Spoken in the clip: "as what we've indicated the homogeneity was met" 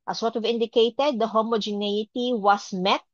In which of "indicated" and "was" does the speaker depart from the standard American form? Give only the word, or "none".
was